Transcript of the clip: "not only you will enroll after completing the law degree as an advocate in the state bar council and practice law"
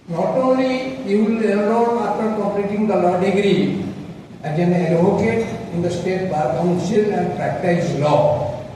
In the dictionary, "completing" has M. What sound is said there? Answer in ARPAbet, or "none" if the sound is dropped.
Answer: none